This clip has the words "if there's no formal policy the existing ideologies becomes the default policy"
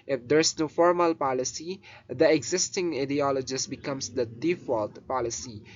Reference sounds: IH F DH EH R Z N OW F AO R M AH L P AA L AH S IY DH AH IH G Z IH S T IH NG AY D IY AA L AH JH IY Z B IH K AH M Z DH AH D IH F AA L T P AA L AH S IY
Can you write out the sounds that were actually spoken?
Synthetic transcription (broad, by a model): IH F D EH R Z N OW F AO R M AH L P AA L AH S IY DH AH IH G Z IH S T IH NG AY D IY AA L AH JH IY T B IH K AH M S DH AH D IH F AA L T P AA L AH S IY